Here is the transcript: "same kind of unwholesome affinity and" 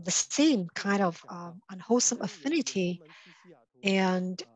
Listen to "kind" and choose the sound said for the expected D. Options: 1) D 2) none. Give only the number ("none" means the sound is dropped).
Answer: 1